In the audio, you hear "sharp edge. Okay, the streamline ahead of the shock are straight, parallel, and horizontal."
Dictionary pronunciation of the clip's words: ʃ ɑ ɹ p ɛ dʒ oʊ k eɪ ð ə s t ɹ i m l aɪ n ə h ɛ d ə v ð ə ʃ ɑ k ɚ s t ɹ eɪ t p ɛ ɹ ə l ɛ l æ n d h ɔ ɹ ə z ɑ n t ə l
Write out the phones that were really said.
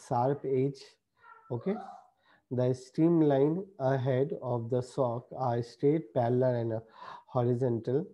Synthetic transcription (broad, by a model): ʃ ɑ ɹ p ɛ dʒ oʊ k eɪ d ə s t ɹ i m l aɪ n ə h ɛ d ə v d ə s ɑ k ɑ s t eɪ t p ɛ l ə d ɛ n d h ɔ ɹ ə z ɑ n t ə l